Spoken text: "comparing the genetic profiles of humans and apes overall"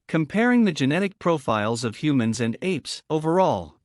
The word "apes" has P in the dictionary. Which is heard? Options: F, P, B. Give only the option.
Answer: P